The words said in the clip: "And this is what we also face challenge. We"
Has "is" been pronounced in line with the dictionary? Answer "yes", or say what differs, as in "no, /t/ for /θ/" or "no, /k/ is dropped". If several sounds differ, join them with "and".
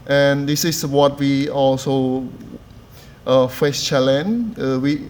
no, /s/ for /z/